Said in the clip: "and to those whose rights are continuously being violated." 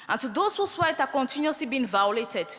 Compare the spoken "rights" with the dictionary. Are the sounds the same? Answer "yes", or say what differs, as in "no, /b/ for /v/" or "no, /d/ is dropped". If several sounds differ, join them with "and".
no, /s/ is dropped